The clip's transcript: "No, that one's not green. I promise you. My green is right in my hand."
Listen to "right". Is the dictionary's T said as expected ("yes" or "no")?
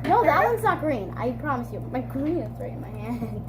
no